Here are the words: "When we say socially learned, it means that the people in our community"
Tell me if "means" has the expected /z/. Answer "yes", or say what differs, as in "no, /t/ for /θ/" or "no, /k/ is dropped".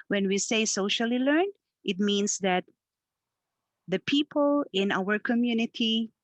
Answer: no, /s/ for /z/